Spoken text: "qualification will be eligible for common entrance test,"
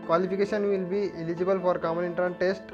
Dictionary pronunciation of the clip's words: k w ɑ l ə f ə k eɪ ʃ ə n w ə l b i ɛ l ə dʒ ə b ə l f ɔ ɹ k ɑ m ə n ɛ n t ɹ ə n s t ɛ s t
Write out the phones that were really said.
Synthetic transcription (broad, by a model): k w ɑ l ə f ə k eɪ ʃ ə n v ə l b i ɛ l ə dʒ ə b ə l f ɔ ɹ k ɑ m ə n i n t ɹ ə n t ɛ s t